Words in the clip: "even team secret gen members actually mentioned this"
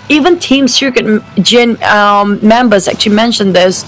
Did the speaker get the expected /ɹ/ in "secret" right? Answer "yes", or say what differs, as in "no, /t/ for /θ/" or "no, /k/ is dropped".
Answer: no, /ɹ/ is dropped